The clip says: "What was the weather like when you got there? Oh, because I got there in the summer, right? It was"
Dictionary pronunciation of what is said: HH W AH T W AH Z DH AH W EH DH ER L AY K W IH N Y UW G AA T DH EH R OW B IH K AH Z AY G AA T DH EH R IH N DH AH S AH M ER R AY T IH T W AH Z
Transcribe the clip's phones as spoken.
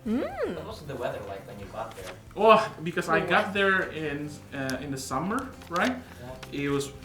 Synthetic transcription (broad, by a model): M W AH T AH DH AH W EH DH ER L AY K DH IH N Y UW G AA T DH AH R OW B IH K AH Z AY G AA T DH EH R IH N DH AH S AH M ER R AY T IH T W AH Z